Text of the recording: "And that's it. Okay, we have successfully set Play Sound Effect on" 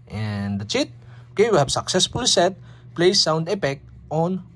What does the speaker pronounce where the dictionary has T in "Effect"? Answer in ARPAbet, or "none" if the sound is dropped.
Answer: none